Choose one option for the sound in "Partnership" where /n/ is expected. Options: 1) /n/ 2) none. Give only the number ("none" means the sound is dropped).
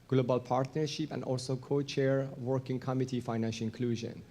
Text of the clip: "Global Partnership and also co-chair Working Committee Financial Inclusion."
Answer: 1